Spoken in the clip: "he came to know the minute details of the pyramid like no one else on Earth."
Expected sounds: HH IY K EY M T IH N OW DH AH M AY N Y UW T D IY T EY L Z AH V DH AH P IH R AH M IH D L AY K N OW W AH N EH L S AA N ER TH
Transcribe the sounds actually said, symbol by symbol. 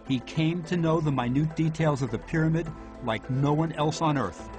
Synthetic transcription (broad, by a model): HH IY K EY M T IH N OW DH AH M AY N UW T D IY T EY L Z AH V DH AH P IH R AH M IH D L AY K N OW W AH N EH L S N ER TH